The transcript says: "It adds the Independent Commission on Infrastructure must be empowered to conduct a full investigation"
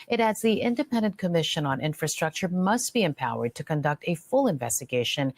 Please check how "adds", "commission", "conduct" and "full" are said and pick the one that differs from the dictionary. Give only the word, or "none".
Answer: none